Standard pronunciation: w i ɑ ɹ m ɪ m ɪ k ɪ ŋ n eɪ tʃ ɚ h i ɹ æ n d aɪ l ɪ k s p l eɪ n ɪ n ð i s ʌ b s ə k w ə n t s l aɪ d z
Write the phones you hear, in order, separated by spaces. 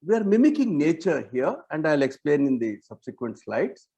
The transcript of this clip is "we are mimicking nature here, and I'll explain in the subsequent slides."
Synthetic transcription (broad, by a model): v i ɑ ɹ m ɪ m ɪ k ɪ ŋ n eɪ tʃ ɚ h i ɹ æ n d aɪ l ɪ k s p l eɪ n ɪ n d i s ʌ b s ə k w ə n t s l aɪ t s